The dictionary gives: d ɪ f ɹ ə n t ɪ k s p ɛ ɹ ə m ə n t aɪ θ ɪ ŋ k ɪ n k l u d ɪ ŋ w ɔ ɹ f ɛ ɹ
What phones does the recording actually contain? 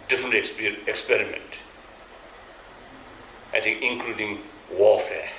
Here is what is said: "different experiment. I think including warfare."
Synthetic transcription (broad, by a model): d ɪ f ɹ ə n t ɪ k s p ɛ ɹ ə m ə n t aɪ t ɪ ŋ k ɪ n k l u d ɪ ŋ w ɔ f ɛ